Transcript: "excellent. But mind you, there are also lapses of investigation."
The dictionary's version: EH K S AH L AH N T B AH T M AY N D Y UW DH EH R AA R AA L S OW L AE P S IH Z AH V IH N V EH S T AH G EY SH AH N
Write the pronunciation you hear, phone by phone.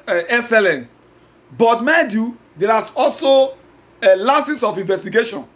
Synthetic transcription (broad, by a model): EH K S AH L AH N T B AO T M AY D Y UW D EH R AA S AA L S OW L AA S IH S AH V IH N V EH S T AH G EY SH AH N